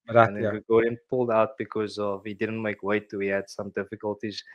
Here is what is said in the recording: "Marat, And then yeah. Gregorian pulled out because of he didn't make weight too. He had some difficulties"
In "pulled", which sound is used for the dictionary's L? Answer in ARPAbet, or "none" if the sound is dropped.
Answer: L